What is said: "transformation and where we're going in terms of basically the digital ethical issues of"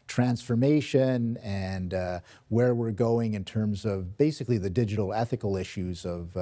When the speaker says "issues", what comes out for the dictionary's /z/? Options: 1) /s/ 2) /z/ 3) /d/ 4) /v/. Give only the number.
2